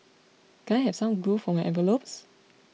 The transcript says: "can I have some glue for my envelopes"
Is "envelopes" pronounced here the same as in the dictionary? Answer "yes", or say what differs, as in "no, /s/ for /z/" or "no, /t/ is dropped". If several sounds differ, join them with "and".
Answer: no, /n/ is dropped